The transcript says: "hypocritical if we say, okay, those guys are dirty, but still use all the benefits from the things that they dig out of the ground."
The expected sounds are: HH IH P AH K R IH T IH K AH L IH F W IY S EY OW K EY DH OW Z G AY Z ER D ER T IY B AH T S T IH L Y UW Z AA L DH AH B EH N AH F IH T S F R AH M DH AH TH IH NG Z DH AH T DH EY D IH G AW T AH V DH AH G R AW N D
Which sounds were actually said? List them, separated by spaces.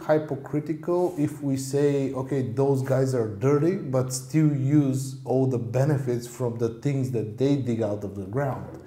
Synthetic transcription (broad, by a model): HH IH P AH K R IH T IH K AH L IH F W IY S EY OW K EY DH OW Z G AY Z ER D ER T IY B AH T S T IH L Y UW Z AA L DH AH B EH N AH F IH T S F R AH M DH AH TH IH NG Z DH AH T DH EY D IH G AW T AH V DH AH G R AW N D